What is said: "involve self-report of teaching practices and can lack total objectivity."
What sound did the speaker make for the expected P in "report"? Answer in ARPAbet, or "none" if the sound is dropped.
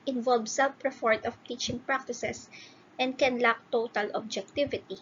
F